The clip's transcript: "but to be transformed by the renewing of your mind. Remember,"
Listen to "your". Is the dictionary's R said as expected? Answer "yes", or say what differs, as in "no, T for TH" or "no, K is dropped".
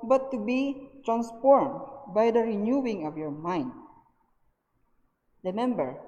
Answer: yes